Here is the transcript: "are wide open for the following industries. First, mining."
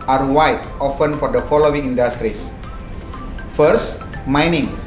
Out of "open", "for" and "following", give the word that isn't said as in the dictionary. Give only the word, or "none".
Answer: open